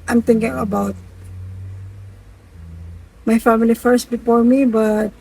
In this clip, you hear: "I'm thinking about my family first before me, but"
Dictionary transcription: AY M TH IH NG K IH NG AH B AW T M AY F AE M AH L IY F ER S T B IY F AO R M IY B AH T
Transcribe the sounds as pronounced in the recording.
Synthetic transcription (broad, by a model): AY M T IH NG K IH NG AH B AW T M AY F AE M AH L IY F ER S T B IY F AO R M IY B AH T